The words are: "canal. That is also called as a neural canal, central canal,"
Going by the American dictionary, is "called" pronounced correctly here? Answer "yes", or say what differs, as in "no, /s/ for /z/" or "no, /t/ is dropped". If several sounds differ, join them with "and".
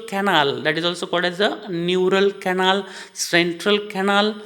no, /l/ is dropped